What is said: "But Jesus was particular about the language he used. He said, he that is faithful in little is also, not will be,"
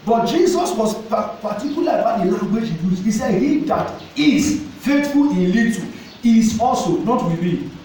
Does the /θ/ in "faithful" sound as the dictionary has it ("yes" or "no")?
no